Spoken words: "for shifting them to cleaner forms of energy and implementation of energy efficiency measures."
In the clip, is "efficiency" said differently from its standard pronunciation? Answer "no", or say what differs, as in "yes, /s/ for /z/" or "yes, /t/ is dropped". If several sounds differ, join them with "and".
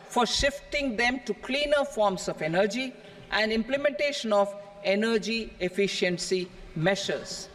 no